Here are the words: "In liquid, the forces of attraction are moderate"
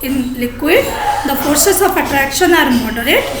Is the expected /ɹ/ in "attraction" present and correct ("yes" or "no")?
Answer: yes